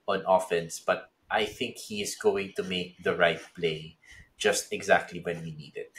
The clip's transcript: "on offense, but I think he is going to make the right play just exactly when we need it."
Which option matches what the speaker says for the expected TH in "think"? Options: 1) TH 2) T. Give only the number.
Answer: 1